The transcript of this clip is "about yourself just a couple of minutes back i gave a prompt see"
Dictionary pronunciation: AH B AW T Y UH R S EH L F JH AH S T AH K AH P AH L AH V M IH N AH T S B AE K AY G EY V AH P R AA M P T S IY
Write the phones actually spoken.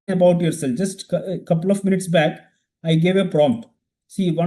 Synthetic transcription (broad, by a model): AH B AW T Y UH R S EH L F JH AH S T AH K AH P AH L AH V M IH N AH T S B AE K AY G EY V AH P R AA M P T S IY